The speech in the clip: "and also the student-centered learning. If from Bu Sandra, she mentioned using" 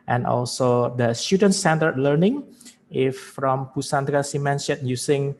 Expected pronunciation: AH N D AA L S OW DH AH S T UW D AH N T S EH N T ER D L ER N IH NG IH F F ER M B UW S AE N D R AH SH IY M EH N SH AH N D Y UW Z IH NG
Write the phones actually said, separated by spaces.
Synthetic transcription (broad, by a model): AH N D AA L S OW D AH S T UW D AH N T S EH N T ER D L ER N IH NG IH F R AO M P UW S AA N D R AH S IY M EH N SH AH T Y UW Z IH NG